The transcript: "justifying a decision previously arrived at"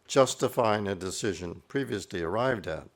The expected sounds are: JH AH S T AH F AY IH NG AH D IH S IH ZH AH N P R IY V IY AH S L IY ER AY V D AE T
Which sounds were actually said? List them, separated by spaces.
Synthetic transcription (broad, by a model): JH AH S T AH F AY IH NG AH D IH S IH ZH AH N P R IY V IY AH S L IY ER AY V D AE T